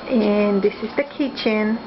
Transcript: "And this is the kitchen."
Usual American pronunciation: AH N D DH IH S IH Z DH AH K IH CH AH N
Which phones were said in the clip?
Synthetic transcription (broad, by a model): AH N DH IH S IH Z DH AH K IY CH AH N